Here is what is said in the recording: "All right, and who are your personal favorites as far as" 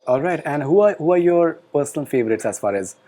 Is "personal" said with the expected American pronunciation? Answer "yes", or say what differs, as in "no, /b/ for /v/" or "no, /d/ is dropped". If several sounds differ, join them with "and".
no, /l/ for /n/